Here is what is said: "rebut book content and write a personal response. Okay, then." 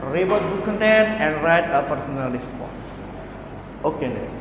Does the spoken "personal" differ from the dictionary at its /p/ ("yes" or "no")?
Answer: no